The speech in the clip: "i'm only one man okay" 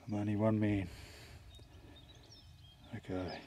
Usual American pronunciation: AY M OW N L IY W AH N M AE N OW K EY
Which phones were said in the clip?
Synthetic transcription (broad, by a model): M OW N IY W AH N M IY N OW K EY